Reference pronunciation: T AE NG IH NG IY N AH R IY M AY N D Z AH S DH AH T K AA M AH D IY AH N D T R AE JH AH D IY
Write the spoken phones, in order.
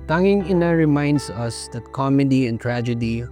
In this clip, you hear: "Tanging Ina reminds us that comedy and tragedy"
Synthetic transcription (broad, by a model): T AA NG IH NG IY N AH R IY M AY N D S AH S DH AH T K AA M AH D IY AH N T R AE JH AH D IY